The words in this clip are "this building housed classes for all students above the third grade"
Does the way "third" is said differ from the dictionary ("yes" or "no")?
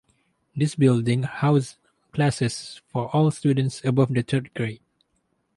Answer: yes